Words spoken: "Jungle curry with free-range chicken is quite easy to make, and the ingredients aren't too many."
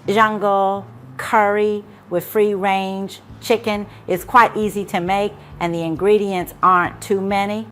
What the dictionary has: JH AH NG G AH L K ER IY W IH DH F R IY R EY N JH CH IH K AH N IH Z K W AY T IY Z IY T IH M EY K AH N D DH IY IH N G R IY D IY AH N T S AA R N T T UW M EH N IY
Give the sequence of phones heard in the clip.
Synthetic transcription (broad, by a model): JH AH NG G L K ER IY W IH DH F R IY R EY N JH CH IH K AH N IH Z K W AY T IY Z IY T IH M EY K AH N DH IY IH N G R IY D IY AH N T S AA R N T T UW M EH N IY